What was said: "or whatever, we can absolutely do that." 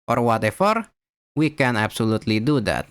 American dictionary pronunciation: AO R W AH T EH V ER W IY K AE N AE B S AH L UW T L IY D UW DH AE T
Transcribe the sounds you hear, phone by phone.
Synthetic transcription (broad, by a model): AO R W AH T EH F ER W IY K AE N AE B S AH L UW T L IY D UW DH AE T